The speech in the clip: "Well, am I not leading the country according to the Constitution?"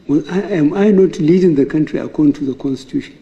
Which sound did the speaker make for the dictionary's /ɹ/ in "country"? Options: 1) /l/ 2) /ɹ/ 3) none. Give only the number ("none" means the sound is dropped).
2